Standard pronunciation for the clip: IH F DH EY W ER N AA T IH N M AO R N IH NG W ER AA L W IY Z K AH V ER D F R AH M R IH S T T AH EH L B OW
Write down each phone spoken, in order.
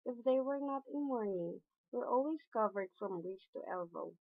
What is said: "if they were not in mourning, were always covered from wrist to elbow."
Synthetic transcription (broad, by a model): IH F DH EY W ER N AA T IH N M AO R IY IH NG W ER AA L W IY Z K AH V ER D F R AH M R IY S T T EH L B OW